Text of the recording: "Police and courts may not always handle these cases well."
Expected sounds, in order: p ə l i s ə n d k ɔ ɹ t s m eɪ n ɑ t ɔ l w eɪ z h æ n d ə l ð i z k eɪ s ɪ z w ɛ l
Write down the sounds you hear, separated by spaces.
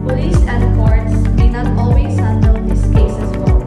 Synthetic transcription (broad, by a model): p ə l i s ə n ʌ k ɔ ɹ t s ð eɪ n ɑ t ɔ l w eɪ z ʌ n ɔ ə n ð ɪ s k eɪ s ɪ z w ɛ l